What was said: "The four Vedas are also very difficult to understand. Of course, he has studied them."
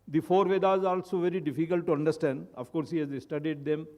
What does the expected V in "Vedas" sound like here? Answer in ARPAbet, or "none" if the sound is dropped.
V